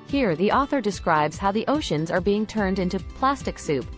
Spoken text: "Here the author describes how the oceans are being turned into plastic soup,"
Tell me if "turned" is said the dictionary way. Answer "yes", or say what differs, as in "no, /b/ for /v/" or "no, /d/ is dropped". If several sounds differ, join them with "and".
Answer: yes